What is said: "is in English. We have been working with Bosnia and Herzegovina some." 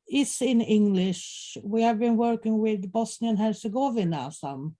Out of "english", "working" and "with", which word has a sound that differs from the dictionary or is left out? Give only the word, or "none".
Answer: none